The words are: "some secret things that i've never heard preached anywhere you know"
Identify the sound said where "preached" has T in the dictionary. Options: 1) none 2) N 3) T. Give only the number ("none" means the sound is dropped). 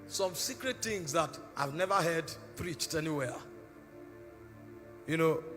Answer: 3